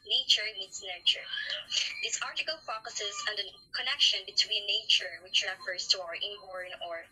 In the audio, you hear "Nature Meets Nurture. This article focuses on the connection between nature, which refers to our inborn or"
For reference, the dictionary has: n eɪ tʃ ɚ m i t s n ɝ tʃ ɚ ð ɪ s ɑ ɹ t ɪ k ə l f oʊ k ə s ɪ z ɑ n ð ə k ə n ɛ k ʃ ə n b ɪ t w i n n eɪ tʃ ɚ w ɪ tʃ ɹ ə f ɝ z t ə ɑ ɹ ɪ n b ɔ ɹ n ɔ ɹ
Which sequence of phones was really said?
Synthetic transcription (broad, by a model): n eɪ tʃ ɚ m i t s n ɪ tʃ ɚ ð ɪ s ɑ ɹ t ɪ k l f oʊ k ə s ɪ z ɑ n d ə k ə n ɛ k ʃ ə n b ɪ t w i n n eɪ tʃ ɚ w ɪ tʃ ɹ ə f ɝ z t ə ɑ ɹ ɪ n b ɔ ɹ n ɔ ɹ